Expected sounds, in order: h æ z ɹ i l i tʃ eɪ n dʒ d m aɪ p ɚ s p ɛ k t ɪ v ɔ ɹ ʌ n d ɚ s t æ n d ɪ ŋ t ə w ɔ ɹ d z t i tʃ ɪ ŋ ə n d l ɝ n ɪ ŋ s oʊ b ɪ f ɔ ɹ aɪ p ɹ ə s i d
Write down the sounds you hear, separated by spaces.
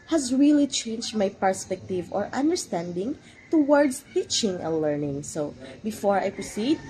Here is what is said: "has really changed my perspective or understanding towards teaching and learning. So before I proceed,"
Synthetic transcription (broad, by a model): h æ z ɹ i l i tʃ eɪ n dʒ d m aɪ p ɚ s p ɛ k t ɪ v ɔ ɹ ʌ n d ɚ s t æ n d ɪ ŋ t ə w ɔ ɹ d s t i tʃ ɪ ŋ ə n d l ɝ n ɪ ŋ s oʊ b ɪ f ɔ ɹ aɪ p ɹ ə s i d